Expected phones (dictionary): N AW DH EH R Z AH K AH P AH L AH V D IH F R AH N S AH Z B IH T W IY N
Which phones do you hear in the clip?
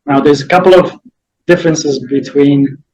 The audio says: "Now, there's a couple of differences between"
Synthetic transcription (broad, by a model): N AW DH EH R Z AH K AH P L AH V D IH F R AH N S AH Z B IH T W IY N